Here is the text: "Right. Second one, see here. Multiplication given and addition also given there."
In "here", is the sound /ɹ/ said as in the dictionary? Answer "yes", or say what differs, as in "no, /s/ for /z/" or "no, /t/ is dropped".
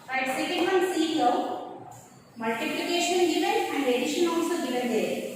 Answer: no, /w/ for /ɹ/